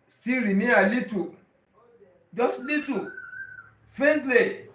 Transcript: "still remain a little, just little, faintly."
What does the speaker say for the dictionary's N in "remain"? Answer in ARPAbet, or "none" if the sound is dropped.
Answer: none